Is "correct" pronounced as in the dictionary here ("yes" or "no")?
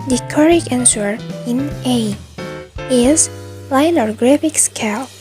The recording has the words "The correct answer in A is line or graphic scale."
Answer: no